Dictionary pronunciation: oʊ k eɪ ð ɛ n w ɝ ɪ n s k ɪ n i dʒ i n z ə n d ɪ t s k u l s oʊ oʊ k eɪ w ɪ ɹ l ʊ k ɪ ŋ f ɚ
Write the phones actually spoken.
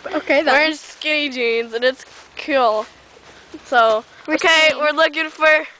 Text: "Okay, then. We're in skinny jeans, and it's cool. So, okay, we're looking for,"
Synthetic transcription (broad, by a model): oʊ k eɪ ð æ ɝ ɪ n s k ɪ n i dʒ i n z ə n ɪ t s k u l s oʊ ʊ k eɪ w ɪ ɹ l ʊ k ɪ ŋ f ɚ